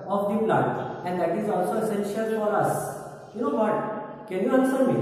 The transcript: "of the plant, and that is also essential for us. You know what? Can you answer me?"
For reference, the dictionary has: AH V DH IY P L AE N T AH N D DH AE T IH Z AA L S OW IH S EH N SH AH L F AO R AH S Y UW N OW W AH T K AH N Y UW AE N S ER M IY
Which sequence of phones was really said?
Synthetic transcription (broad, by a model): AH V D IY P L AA T AH N D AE T IH Z AA L S OW IH S EH N SH AH L F AO R AH S Y UW N OW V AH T K AH N Y UW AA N S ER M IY